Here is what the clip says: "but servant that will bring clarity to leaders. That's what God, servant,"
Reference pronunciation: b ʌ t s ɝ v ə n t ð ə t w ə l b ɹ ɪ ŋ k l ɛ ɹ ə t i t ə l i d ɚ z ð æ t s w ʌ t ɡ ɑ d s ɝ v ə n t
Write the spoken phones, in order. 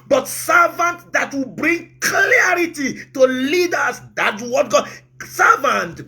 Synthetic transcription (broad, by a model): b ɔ t s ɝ v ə n t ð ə t w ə b ɹ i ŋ k l ɛ ɹ ə t i t ə l i d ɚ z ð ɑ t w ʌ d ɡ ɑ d s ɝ v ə n t